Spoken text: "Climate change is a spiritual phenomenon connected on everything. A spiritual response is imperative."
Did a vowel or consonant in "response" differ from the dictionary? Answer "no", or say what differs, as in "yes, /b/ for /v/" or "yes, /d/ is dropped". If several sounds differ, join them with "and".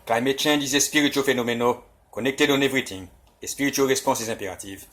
yes, /n/ is dropped